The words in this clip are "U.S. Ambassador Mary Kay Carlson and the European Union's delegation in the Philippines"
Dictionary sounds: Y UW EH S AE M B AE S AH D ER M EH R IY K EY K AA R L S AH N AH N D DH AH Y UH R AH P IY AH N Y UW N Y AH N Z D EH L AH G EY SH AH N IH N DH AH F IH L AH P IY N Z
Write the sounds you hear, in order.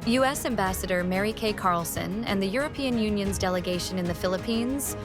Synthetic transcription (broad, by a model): Y UW EH S AE M B AE S AH D ER M EH R IY K EY K AA R L S AH N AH N DH AH Y UH R AH P IY AH N Y UW N Y AH N Z D EH L AH G EY SH AH N IH N DH AH F IH L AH P IY N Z